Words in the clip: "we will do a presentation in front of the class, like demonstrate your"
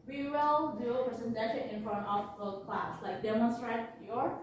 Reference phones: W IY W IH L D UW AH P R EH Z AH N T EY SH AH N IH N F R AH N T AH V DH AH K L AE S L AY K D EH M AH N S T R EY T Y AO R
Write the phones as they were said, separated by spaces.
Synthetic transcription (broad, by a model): W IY W IH L D UW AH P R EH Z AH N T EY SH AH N IH N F AH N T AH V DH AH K L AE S L AY K D EH M AH N S T R EY T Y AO R